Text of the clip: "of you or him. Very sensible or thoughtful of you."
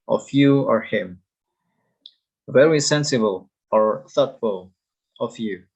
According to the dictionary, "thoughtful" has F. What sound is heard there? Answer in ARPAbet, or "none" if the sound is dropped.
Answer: F